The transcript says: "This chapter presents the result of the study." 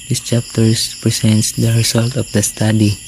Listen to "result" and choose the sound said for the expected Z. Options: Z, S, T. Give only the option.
S